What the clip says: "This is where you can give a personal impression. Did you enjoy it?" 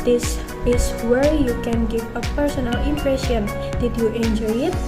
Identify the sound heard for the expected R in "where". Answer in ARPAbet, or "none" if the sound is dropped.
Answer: R